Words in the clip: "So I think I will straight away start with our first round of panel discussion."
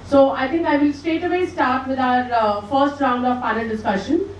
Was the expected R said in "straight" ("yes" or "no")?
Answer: no